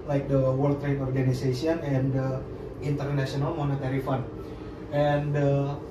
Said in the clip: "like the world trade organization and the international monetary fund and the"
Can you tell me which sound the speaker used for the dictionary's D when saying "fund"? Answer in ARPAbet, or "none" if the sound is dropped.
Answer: none